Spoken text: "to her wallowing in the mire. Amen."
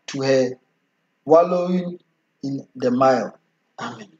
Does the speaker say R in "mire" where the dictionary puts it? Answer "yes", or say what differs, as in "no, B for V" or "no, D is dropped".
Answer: no, L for R